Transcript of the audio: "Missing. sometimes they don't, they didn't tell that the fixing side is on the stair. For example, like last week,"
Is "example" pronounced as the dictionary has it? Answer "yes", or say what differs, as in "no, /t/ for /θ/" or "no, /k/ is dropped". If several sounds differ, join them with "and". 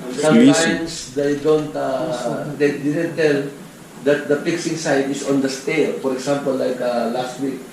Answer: no, /s/ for /z/